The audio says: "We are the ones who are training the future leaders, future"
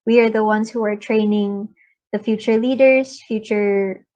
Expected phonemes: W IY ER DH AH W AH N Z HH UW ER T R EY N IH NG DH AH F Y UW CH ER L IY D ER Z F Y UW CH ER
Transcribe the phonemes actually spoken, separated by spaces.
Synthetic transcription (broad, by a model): W IY ER DH AH W AH N Z HH UW ER T R EY N IH NG DH AH F Y UW CH ER L IY D ER Z F Y UW CH ER